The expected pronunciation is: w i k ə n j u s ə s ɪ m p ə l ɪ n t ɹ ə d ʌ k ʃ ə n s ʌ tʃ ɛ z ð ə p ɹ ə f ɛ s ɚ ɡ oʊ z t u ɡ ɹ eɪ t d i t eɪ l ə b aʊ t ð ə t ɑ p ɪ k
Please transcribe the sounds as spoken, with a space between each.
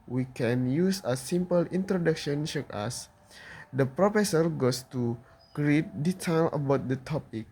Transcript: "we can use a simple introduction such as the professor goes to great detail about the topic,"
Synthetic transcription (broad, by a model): w i k ə n j u s ə s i m p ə l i n t ɹ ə d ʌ k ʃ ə n ʃ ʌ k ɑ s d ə p ɹ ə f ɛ s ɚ ɡ oʊ s t u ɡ ɹ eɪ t d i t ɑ l ə b aʊ t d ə t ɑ p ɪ k